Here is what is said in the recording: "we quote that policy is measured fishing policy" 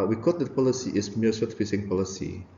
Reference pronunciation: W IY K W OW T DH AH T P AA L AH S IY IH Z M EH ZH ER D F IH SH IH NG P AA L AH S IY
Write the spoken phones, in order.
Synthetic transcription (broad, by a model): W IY K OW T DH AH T P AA L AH S IY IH S M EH S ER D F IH S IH NG P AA L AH S IY